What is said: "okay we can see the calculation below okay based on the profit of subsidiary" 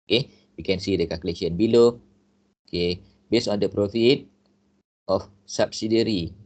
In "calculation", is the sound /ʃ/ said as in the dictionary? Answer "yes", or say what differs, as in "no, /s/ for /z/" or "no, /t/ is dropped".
no, /ʃ/ is dropped